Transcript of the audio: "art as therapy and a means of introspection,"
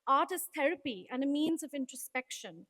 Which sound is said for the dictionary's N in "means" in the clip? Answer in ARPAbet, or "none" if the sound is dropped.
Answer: N